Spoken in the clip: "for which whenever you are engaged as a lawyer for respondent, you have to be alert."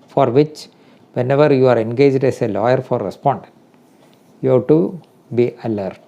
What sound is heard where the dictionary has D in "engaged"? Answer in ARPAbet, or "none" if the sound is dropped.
D